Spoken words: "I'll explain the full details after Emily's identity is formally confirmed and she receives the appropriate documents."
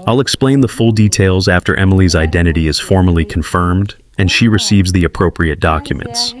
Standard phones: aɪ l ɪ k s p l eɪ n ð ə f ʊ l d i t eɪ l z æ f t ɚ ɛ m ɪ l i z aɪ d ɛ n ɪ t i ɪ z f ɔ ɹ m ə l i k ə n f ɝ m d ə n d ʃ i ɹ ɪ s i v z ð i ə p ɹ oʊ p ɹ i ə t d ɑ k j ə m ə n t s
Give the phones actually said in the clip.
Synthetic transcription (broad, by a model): aɪ l ɪ k s p l eɪ n ð ə f ʊ l d i t eɪ l z æ f t ɚ ɛ m ɪ l i z aɪ d ɛ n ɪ t i ɪ z f ɔ ɹ m ə l i k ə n f ɝ m d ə n ʃ i ɹ ɪ s i v z ð i ə p ɹ oʊ p ɹ i ə t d ɑ k j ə m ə n t s